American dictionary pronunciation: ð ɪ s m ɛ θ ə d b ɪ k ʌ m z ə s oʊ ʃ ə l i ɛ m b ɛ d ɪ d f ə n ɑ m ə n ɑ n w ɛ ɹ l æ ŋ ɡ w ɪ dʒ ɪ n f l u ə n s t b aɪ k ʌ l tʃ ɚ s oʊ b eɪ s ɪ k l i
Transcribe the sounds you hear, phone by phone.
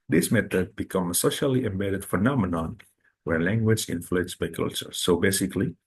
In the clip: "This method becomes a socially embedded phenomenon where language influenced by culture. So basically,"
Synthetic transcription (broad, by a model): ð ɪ s m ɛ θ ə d b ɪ k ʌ m ə s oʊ ʃ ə l i ɛ m b ɛ d ɪ d f ə n ɑ m ə n ɑ n w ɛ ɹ l æ ŋ ɡ w ɪ dʒ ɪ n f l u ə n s b aɪ k ʌ l tʃ ɚ s oʊ b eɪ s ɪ k l i